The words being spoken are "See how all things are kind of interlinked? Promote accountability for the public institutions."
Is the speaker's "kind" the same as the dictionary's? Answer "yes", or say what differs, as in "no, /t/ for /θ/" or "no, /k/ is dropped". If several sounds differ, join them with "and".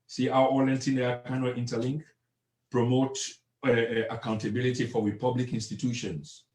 no, /d/ is dropped